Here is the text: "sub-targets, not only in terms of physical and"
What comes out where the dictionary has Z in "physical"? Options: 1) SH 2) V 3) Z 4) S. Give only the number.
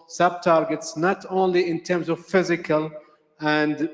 3